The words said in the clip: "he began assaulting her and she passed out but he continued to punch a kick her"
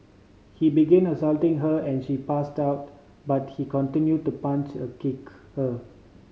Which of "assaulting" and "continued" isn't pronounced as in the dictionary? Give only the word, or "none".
none